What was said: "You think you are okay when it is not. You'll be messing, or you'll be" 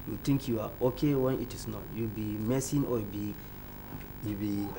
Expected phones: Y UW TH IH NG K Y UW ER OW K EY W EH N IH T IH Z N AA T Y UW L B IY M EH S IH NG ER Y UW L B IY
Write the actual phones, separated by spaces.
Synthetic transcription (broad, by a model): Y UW T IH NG K Y UW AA OW K EY W EH N IH T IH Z N AA T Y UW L B IY M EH S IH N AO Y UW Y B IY